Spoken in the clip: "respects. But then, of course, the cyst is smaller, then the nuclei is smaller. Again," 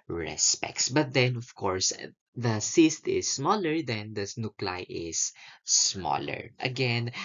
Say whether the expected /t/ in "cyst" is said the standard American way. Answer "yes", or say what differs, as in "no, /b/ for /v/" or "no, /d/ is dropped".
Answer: yes